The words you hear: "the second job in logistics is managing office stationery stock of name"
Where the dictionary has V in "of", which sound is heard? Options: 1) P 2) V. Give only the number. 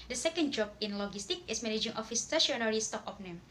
1